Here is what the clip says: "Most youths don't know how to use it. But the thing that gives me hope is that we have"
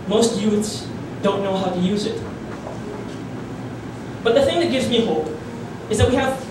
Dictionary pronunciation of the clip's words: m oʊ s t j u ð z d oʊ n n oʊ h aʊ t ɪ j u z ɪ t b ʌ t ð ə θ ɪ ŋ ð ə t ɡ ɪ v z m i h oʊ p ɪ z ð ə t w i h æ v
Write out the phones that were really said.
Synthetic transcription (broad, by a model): m oʊ s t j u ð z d oʊ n n oʊ h aʊ t ɪ j u z ɪ t b ʌ t ð ə θ ɪ ŋ ð ə t ɡ ɪ v z m i h oʊ p ɪ z ð ə t w i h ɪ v